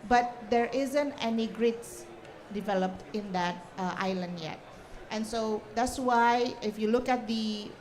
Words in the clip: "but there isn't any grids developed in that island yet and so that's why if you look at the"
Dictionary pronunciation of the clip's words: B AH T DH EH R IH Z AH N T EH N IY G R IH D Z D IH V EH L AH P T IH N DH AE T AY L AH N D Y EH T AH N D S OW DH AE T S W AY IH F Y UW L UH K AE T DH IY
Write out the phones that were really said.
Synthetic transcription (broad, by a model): B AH T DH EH R IH Z AH N T EH N IY G R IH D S D IH V EH L AH P T IH N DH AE T AY L AH N D Y EH T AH N S OW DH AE T S W AY IH F Y UW L UH K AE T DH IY